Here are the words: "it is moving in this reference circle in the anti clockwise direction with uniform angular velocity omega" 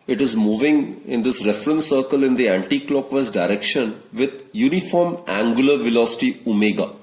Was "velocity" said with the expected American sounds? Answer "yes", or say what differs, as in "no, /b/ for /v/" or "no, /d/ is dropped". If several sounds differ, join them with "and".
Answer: yes